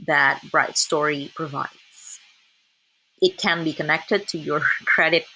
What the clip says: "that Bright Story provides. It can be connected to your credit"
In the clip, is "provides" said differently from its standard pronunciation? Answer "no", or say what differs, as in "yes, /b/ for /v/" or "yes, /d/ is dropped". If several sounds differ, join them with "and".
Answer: no